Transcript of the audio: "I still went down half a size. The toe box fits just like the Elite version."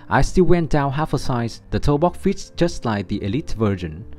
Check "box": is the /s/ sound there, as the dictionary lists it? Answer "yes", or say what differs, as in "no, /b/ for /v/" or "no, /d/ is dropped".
no, /s/ is dropped